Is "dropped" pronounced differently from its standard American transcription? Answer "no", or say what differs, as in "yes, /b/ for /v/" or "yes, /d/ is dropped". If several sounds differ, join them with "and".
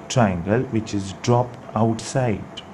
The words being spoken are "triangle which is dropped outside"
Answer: no